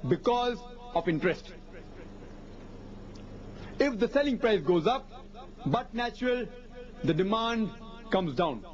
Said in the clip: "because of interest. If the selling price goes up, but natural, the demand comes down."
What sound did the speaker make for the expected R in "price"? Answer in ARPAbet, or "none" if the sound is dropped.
R